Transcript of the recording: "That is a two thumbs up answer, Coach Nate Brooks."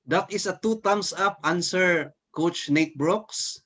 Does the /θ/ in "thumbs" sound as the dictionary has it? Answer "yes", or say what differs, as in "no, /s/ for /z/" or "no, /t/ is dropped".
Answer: no, /t/ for /θ/